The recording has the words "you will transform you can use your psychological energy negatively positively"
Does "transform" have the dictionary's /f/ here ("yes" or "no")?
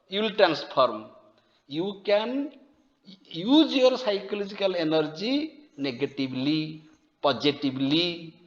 no